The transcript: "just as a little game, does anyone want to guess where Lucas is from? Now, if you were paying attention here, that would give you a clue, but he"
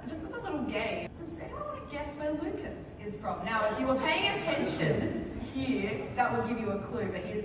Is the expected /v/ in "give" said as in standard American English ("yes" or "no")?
yes